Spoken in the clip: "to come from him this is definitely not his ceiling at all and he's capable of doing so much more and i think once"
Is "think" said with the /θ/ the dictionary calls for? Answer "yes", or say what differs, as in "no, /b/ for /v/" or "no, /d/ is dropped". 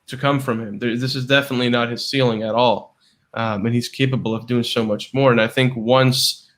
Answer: yes